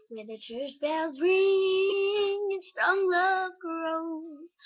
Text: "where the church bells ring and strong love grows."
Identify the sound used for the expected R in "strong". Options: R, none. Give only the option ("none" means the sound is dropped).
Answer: none